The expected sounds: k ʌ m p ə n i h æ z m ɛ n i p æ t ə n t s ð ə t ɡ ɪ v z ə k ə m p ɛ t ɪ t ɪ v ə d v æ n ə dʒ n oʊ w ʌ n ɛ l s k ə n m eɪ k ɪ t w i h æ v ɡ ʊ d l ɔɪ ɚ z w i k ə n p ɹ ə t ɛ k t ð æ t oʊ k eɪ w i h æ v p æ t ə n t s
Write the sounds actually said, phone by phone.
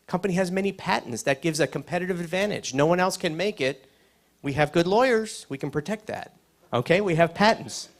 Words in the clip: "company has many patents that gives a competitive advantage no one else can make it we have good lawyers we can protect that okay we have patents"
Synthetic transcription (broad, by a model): k ʌ m p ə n i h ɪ z m ɛ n i p æ t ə n t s ð ə t ɡ ɪ v z ə k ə m p ɛ t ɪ t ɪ v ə d v æ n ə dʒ n oʊ w ʌ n ɛ l s k ə n m eɪ k ɪ t w i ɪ v ɡ ʊ d l ɔɪ ɚ z w i k n p ɹ ə t ɛ k t ð æ t oʊ k eɪ w i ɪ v p æ t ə n t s